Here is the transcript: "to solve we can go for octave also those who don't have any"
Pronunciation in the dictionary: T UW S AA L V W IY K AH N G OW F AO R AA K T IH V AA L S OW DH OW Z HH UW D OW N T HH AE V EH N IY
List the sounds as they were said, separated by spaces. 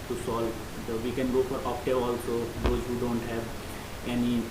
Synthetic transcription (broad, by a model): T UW S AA L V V IY K AH N G OW F AO R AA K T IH AA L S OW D OW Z HH UW D OW N T HH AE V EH N IY